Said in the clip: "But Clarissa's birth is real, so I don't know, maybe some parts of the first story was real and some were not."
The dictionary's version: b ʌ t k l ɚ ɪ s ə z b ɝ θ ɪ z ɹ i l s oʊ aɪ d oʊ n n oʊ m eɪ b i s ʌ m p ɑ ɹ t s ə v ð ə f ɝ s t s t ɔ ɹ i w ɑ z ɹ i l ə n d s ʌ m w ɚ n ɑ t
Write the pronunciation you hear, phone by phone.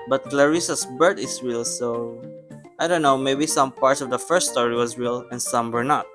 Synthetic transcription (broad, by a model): b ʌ t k l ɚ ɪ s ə s b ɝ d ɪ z ɹ i l s oʊ aɪ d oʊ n n oʊ m eɪ b i s ʌ m p ɑ ɹ t s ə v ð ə f ɝ s t s t ɔ ɹ i w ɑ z ɹ i l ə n s ʌ m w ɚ n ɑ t